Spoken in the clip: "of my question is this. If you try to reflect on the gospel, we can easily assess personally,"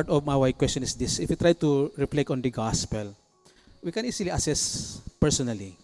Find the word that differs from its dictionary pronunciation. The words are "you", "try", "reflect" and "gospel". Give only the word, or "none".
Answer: reflect